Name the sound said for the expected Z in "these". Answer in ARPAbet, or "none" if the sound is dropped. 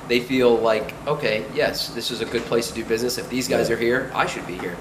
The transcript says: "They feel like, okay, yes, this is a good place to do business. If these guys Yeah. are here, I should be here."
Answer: Z